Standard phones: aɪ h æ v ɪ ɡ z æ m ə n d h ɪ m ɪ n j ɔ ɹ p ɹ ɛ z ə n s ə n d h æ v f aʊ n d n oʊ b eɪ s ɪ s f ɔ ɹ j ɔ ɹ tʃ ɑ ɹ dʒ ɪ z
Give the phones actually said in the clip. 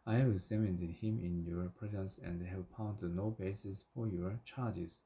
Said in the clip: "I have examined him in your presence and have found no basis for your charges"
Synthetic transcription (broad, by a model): aɪ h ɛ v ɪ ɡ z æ m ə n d h ɪ m ɪ n j ɔ ɹ p ɹ ɛ z ə n s ə n d h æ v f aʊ n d n oʊ b eɪ s ɪ s f ɔ ɹ j ɔ ɹ tʃ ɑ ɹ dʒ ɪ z